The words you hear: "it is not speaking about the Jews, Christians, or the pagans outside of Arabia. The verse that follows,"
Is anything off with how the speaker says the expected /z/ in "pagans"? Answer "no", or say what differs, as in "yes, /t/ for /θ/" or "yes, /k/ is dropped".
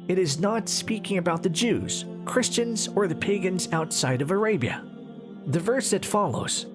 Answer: no